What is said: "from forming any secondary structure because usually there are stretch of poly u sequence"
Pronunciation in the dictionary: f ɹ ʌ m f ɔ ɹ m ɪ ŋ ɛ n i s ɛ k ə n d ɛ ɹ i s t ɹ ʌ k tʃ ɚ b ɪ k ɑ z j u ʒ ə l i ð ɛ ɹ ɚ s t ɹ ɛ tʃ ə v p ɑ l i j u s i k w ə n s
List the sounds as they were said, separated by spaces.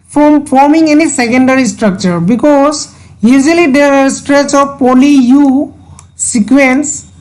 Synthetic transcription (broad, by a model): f ɹ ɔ m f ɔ ɹ m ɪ ŋ ɛ n i s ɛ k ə n d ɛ ɹ i s t ɹ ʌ k tʃ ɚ b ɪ k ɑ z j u z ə l i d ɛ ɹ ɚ s t ɹ ɛ tʃ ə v p ɑ l i j u s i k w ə n s